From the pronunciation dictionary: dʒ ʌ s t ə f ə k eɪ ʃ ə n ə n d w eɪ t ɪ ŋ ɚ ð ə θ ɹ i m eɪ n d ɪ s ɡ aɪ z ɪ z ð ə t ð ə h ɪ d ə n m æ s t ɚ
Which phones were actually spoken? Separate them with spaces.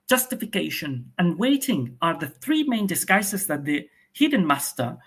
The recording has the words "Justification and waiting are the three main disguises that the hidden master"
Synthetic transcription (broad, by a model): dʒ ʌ s t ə f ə k eɪ ʃ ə n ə n w eɪ t ɪ ŋ ɚ ð ə θ ɹ i m eɪ n d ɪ s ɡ aɪ s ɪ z ð ə t ð ə h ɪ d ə n m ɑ s t ɚ